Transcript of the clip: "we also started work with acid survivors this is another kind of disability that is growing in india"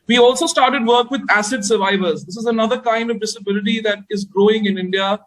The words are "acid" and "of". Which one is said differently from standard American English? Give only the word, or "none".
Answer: none